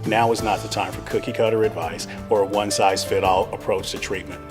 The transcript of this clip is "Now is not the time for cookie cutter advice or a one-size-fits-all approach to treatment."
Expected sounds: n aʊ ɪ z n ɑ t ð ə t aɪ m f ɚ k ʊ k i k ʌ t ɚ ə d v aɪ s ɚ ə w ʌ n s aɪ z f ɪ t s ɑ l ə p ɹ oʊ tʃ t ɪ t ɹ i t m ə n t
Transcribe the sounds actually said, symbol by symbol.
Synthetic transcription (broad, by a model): n aʊ ɪ z n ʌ t ð ə t aɪ m f ɚ k ʊ k i k ʌ t ɚ ə d v aɪ s ɚ ə w ʌ n s aɪ z f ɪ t ɑ l ə p ɹ oʊ tʃ t ɪ t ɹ i t m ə n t